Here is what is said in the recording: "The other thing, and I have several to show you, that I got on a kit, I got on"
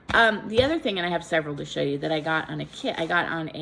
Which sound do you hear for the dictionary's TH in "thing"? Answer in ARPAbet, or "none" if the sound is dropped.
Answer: TH